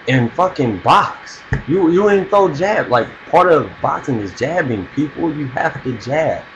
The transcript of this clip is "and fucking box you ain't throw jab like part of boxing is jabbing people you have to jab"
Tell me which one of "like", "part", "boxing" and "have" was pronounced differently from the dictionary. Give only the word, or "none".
have